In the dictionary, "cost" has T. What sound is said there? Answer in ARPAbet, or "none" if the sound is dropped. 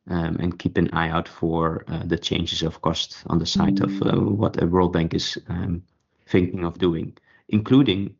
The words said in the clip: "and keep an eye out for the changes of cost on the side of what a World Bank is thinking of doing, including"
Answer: T